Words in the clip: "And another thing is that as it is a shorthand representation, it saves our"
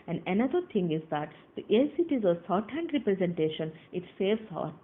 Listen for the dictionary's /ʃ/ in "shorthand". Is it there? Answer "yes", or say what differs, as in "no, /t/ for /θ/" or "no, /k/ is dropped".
no, /s/ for /ʃ/